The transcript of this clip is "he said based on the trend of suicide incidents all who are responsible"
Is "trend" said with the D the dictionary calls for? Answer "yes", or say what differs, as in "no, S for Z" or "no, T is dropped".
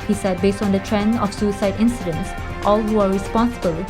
no, D is dropped